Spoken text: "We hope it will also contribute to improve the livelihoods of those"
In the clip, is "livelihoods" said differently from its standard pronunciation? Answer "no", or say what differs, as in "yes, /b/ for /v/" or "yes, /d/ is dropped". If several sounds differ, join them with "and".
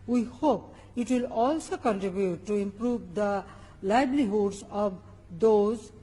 yes, /b/ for /v/